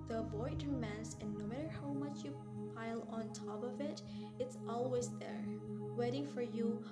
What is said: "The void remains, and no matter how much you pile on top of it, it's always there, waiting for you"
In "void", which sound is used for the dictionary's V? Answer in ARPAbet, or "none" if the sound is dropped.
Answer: B